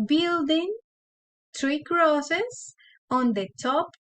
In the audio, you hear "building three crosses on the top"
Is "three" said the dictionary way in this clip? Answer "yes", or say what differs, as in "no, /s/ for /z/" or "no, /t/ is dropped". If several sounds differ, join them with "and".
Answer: no, /t/ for /θ/